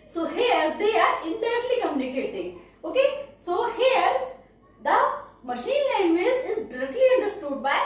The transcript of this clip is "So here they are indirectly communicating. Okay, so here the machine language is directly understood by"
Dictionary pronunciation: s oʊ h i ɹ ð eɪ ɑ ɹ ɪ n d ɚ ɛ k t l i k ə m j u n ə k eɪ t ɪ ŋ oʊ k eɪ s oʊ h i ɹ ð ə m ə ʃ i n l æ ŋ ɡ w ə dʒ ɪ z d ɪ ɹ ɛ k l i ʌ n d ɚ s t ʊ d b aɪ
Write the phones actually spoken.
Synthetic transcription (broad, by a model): s oʊ h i ɹ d eɪ ɑ ɹ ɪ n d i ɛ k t l i k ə m j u n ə k eɪ t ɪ ŋ oʊ k eɪ s oʊ h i ɹ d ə m ə ʃ i n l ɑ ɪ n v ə z ɪ z d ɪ ɹ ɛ k l i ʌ n d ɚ s t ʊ d b aɪ